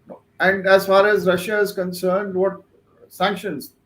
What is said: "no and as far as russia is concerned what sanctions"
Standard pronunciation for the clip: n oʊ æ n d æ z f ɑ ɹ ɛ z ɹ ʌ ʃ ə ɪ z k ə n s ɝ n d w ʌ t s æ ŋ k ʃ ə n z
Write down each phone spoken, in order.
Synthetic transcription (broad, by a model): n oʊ æ n d æ z f ɑ ɹ ɛ z ɹ ʌ ʃ ə ɪ z k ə n s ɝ n d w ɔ t s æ ŋ k ʃ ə n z